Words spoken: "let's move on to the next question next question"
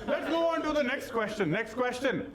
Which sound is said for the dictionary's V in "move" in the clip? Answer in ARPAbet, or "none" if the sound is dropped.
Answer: none